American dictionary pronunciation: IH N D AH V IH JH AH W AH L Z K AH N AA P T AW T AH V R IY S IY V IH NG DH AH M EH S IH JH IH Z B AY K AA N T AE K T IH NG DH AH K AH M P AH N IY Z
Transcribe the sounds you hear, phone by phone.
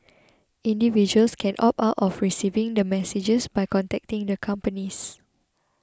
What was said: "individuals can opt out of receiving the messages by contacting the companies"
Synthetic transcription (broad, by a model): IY N D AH V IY JH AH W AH L S K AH N AA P AW T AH F R IY S IY V IH NG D AH M EH S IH JH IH S B AY K AA N T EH K T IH NG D AH K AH M P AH N IY S